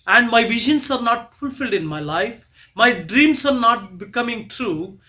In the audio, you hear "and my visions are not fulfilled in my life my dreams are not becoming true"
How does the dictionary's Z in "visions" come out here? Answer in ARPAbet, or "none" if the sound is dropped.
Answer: S